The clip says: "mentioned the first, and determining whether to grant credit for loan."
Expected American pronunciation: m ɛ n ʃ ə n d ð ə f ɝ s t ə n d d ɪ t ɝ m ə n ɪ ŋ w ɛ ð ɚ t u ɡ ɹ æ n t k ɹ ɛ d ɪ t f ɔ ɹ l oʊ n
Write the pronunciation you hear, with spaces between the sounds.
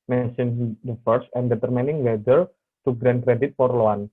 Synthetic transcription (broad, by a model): m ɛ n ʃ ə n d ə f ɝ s ə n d d ɪ t ɝ m ə n ɪ ŋ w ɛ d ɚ t u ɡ ɹ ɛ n k ɹ ɛ d ɪ t p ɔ ɹ l oʊ n